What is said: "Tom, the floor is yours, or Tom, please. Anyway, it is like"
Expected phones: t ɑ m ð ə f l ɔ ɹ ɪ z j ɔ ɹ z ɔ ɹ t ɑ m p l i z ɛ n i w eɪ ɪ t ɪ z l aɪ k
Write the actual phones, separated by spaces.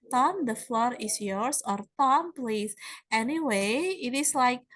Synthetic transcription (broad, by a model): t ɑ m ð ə f l ɔ ɹ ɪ s j ɔ ɹ s ɔ ɹ t ɑ m p l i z ɛ n i w eɪ ɪ t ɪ s l aɪ k